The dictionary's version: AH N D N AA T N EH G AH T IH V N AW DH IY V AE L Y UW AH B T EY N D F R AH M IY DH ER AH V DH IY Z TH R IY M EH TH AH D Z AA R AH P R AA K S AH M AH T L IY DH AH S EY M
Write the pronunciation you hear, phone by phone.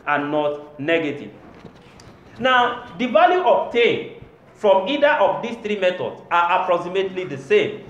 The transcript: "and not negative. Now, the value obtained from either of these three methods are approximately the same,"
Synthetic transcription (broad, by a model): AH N N AA T N EH G AH T IH V N AW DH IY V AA L Y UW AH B T EY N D F R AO M IY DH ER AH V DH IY S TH R IY M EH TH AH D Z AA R AH P R AA K S AH M AH T L IY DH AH S EY M